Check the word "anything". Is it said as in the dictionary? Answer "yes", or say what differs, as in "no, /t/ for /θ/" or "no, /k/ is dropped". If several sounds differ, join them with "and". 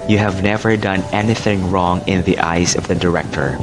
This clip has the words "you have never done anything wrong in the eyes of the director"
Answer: yes